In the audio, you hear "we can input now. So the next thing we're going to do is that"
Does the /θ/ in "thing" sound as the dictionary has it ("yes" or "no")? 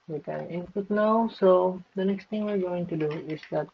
no